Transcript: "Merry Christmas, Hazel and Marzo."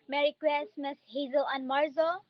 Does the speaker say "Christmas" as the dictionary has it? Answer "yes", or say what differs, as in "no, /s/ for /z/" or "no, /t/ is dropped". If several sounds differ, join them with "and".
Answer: no, /w/ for /ɹ/